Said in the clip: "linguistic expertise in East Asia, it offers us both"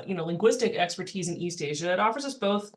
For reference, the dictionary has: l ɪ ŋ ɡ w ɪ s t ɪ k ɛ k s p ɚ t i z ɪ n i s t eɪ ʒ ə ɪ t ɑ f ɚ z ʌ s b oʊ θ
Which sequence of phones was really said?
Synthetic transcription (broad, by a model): l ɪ ŋ ɡ w ɪ s t ɪ k ɛ k s p ɚ t i z ɪ n i s t eɪ ʒ ə ɪ t ɑ f ɚ z ʌ s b oʊ θ